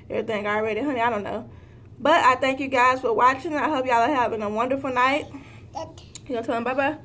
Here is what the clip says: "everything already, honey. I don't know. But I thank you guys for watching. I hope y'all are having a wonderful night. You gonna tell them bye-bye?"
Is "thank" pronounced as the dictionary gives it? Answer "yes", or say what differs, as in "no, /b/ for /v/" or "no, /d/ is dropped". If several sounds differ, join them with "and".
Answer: yes